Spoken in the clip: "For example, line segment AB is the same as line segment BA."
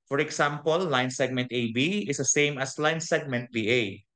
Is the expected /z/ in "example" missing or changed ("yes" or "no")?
yes